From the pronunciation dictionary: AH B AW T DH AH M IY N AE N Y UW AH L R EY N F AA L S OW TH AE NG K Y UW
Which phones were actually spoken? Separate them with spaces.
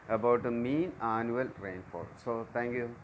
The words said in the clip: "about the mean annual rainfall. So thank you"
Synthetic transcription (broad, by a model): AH B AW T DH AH M IY N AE N Y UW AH L R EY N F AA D S OW T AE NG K Y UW